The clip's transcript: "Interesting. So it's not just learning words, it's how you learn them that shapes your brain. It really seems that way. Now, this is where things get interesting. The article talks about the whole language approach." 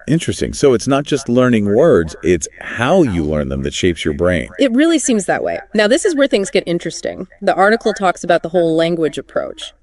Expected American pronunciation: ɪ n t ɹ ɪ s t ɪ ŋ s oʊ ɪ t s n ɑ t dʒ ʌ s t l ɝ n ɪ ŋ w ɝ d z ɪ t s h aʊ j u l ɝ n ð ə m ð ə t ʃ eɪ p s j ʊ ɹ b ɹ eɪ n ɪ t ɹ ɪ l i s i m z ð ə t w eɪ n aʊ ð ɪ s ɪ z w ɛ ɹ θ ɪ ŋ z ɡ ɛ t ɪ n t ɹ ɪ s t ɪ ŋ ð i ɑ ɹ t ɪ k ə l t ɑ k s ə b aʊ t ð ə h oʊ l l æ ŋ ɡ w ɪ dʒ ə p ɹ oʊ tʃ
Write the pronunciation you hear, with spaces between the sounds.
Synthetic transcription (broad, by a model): ɪ n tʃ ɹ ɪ s t ɪ ŋ s oʊ ɪ t s n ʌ t dʒ ʌ s t l ɝ n ɪ ŋ w ɝ d z ɪ t s h aʊ j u l ɝ n ð ə m ð ə t ʃ eɪ p s j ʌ ɹ b ɹ eɪ n ɪ t ɹ ɪ l i s i m z ð ə t w eɪ n aʊ ð ɪ s ɪ z w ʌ ɹ θ ɪ ŋ z ɡ ɛ t ɪ n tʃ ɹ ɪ s t ɪ ŋ ð i ɑ ɹ t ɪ k l t ɑ k s ə b aʊ t ð ə h oʊ l l æ ŋ ɡ w ɪ dʒ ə p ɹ oʊ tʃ